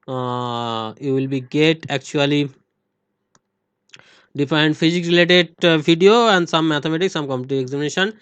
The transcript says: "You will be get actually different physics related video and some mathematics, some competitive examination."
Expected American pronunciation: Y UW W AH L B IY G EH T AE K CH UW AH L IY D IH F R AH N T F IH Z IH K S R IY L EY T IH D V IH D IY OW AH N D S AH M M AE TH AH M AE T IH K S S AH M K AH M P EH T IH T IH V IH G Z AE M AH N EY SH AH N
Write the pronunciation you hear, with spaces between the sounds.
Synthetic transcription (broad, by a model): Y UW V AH L B IY G EH T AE K CH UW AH L IY D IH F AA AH N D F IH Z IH K R IY L EY T IH D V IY D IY OW AH N D S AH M M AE T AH M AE T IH K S S AH M K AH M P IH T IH IH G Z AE M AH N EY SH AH N